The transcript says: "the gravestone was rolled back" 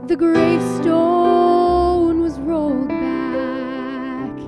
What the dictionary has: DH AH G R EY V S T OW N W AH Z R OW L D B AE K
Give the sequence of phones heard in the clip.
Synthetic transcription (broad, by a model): DH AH G R EY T S T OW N W AH Z R OW L D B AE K